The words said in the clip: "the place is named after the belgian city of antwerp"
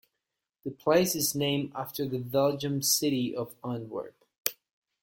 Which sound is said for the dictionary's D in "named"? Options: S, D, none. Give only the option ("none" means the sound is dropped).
none